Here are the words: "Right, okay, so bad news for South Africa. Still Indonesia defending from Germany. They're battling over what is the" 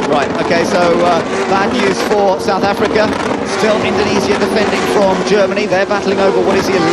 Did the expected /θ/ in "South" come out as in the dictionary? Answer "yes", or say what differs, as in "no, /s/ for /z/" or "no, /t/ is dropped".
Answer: yes